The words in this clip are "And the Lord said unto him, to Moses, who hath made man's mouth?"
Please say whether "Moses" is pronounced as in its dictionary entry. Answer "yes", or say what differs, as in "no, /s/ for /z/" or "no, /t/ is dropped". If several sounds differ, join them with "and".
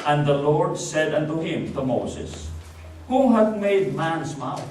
no, /s/ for /z/